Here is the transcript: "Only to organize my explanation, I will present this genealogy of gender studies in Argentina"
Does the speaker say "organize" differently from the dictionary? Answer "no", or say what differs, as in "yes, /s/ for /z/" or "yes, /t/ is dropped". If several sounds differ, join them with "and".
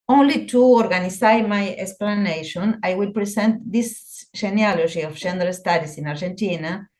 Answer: yes, /z/ is dropped